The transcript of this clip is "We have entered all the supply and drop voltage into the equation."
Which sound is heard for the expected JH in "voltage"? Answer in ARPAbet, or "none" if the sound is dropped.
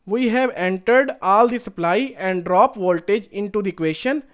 JH